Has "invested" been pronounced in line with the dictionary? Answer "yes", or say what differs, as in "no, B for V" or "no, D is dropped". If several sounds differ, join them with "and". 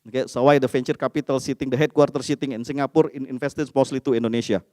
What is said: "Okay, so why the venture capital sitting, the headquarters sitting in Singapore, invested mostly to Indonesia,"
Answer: no, F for V